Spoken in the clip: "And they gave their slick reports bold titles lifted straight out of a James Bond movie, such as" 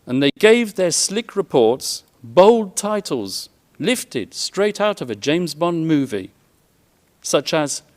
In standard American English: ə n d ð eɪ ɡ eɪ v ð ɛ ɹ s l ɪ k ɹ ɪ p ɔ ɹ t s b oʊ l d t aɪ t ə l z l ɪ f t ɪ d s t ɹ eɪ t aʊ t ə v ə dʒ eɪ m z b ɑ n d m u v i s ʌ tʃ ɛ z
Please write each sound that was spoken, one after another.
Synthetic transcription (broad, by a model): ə n ð eɪ ɡ eɪ v ð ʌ ɹ s l ɪ k ɹ ɪ p ɔ ɹ t s b oʊ l d t aɪ t l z l ɪ f t ɪ d s t ɹ eɪ t aʊ t ə v ə dʒ eɪ m z b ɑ n m u v i s ʌ tʃ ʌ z